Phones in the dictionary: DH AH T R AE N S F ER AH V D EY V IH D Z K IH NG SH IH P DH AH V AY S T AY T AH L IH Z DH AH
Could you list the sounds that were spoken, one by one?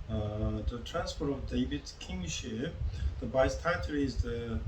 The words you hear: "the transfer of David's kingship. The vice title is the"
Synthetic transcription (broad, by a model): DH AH T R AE N S P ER AH V D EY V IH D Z K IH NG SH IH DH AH B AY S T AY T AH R IH Z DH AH